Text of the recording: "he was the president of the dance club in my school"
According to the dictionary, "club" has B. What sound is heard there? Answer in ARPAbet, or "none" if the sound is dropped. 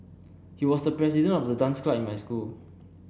none